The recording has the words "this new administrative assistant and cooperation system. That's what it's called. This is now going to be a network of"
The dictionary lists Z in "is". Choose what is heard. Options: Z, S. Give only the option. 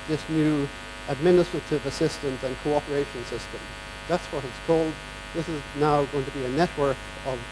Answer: Z